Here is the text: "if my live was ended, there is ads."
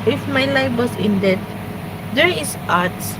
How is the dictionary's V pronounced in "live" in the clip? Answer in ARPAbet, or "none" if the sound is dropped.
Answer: F